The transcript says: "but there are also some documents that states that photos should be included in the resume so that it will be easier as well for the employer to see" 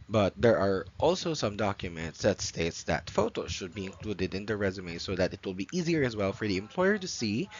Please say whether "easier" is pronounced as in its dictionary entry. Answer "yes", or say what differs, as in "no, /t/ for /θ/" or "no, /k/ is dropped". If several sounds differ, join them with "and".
yes